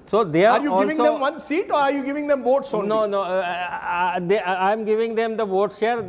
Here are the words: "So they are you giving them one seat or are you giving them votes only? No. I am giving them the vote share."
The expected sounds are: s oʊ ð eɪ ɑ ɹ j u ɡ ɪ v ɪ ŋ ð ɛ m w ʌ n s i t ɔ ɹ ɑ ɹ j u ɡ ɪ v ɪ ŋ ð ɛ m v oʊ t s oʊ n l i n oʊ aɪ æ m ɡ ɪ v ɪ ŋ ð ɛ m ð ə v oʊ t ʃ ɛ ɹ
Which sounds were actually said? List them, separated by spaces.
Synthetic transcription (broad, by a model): s oʊ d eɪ ɑ ɹ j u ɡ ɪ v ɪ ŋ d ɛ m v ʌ n s i t ɔ ɹ ɑ ɹ j u ɡ ɪ v ɪ ŋ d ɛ m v oʊ t s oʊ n n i n oʊ aɪ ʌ m ɡ ɪ v ɪ ŋ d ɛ m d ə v oʊ t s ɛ ɹ